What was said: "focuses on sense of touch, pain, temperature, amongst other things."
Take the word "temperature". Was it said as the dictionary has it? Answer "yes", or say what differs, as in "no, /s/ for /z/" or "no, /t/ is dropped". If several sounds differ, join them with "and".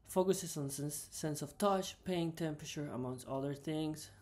yes